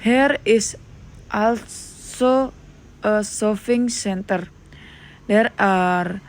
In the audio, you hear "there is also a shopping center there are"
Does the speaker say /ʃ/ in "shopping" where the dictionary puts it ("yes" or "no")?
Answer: no